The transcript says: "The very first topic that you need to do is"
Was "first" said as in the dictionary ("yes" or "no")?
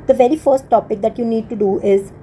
yes